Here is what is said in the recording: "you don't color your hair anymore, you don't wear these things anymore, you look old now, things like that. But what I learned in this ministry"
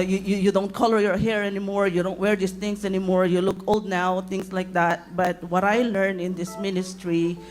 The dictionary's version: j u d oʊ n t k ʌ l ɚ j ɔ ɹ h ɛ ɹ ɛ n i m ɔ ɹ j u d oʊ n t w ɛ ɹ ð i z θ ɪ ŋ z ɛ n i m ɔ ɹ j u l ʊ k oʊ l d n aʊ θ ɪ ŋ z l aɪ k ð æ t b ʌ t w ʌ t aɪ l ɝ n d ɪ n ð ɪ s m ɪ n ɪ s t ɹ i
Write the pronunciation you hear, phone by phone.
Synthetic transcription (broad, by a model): j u d oʊ n t k ʌ l ɚ j ɔ ɹ h ɛ ɹ ɛ n i m ɔ ɹ j u d oʊ n t w ɛ ɹ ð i s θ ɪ ŋ s ɛ n i m ɔ ɹ j u l ʊ k oʊ l d n aʊ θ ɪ ŋ s l aɪ k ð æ t b ʌ t w ʌ t aɪ l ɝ n ɪ n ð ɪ s m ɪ n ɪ s t ɹ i